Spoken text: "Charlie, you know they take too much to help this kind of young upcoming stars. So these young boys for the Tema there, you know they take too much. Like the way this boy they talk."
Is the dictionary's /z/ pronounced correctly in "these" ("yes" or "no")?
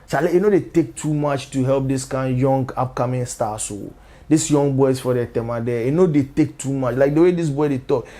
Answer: no